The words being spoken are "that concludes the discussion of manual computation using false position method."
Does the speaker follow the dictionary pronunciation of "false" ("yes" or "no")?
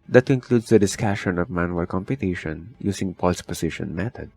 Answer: no